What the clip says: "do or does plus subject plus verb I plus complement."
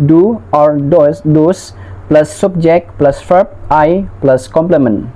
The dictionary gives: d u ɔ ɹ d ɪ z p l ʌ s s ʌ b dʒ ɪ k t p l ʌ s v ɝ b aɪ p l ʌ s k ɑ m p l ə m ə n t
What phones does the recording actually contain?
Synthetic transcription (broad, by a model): d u ɔ ɹ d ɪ s p l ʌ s s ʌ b dʒ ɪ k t p l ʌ s f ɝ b aɪ p l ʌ s k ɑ m p l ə m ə n